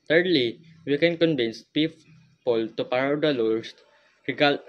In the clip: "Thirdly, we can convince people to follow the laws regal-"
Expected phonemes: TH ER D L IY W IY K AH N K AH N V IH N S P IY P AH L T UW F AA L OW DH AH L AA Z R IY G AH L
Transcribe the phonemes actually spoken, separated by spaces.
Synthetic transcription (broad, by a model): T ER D L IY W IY K AH N K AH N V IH N S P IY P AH L T UW P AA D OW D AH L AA S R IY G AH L